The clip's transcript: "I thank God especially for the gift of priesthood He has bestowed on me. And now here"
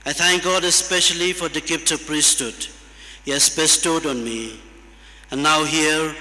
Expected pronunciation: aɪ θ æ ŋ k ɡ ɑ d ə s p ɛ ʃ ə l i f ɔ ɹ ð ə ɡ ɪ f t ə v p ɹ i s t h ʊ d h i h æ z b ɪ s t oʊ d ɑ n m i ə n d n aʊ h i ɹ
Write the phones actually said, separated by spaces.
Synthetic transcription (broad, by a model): aɪ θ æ ŋ k ɡ ɑ d ə s p ɛ ʃ ə l i f ɔ ɹ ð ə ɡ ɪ p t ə p ɹ i s t h ʊ d h i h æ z b ɪ s t oʊ d ɑ n m i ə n n aʊ h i ɹ